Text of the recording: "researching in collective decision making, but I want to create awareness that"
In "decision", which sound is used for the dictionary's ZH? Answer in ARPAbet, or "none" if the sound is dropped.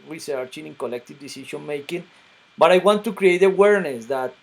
SH